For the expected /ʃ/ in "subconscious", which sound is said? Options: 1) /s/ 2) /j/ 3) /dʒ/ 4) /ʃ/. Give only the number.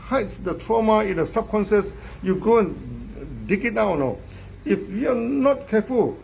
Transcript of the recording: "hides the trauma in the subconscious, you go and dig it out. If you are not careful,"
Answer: 1